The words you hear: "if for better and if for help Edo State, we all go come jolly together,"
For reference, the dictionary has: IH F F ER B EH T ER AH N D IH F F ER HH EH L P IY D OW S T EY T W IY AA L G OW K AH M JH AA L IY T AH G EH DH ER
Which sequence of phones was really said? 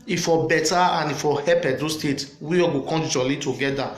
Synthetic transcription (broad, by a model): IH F F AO B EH T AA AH N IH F F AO HH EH P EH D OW S T EY T W IY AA G OW K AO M JH AA L IY T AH G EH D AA